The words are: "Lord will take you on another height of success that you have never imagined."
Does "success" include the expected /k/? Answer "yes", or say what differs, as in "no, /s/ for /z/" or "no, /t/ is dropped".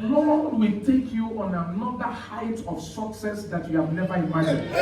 yes